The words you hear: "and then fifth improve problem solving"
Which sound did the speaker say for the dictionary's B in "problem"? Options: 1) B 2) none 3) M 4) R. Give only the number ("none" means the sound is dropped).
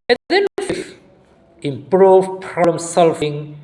2